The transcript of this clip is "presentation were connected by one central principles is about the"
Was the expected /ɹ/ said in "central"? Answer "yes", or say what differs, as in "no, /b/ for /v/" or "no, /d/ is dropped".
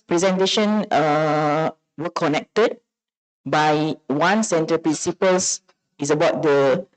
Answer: no, /ɹ/ is dropped